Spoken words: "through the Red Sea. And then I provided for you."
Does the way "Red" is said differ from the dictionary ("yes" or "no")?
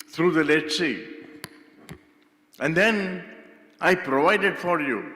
yes